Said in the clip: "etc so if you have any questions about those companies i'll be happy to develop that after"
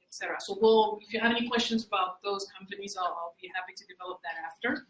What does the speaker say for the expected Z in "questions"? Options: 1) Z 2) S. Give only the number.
1